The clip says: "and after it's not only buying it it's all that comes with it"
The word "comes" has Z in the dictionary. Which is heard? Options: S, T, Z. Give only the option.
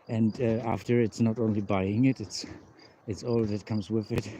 Z